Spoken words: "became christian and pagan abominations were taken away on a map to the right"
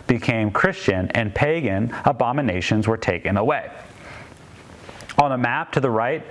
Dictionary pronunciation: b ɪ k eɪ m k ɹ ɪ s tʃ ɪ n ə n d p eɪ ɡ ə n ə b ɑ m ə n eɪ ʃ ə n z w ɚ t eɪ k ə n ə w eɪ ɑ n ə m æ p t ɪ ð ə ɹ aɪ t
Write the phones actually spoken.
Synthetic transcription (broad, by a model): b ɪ k eɪ m k ɹ ɪ s tʃ ɪ n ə n p eɪ ɡ ə n ə b ɑ m ə n eɪ ʃ ə n z w ɚ t eɪ k ə n ə w eɪ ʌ n ə m æ p t ɪ ð ə ɹ aɪ t